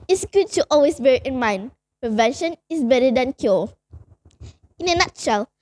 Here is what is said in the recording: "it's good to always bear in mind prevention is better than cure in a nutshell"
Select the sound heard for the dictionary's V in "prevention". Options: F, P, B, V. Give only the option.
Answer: V